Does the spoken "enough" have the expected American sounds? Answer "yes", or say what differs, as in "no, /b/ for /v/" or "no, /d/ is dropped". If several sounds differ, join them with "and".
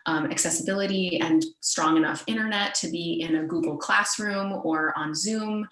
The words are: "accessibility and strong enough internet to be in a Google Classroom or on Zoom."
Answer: yes